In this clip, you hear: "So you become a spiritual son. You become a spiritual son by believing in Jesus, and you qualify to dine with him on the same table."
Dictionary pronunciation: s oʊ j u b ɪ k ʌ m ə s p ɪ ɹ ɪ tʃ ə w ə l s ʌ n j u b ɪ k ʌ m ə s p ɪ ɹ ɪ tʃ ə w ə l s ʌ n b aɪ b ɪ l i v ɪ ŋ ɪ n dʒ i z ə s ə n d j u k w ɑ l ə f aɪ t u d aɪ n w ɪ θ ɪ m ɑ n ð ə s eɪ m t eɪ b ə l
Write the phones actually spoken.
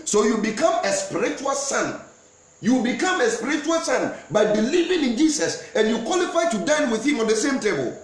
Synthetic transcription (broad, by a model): s oʊ j u b ɪ k ʌ m ə s p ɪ ɹ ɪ tʃ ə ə l s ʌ n j u b ɪ k ʌ m ə s p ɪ ɹ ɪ tʃ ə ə l s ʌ n b aɪ b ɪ l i v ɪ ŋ ɪ n dʒ i s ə s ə n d j u k w ɑ l ə f aɪ t u d aɪ n w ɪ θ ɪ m ɑ n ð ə s eɪ m t eɪ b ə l